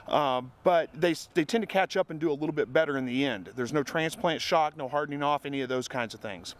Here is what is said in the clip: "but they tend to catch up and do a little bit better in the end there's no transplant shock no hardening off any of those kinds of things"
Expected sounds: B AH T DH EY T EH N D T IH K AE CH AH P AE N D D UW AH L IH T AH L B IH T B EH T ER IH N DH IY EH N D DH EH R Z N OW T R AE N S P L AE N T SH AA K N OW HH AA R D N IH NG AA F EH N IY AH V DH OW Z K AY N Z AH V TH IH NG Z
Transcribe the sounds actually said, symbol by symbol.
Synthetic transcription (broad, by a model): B AH T DH EY T EH N T IH K AE CH AH P N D D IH AH L IH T L B IH T B EH T ER IH N DH IY EH N D DH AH R Z N OW T R AE N S P L AE N T SH AA K N OW HH AA R D N IH NG AA F EH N IY AH V DH OW Z K AY N Z AH V TH IH NG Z